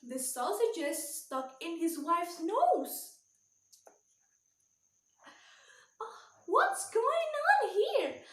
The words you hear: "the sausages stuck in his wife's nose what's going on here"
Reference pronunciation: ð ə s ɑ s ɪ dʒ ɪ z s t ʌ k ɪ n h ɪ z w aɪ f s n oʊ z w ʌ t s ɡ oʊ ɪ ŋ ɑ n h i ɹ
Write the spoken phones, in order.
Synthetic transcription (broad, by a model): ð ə s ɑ s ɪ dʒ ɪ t s t ʌ k ɪ n h ɪ z w aɪ f s n oʊ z w ʌ t s ɡ oʊ ɪ ŋ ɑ n h i ɹ